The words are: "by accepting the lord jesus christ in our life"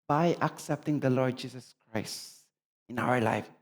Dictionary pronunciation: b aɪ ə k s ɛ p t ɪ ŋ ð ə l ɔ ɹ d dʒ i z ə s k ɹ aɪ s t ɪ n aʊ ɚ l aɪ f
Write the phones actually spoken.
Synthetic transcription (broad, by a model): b aɪ ə k s ɛ p t ɪ ŋ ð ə l ɔ ɹ d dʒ i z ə s k ɹ aɪ s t ɪ n aʊ ɚ l aɪ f